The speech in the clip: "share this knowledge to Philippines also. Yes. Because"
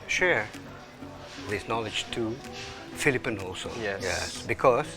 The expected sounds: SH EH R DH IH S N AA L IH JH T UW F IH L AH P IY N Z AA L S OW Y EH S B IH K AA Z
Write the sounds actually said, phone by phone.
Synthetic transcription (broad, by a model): SH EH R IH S N AA L IH JH T UW F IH L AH P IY N AA L S OW Y EH S B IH K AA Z